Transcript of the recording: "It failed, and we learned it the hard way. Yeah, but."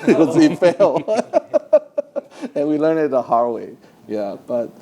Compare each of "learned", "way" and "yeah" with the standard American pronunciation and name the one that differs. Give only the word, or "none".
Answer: learned